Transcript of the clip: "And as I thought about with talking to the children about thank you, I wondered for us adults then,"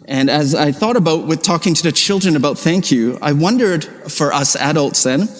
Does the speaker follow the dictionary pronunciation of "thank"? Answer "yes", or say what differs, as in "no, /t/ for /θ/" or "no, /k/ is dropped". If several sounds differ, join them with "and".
yes